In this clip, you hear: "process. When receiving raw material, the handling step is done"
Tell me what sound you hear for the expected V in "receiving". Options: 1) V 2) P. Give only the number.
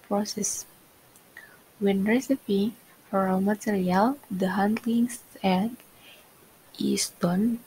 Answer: 2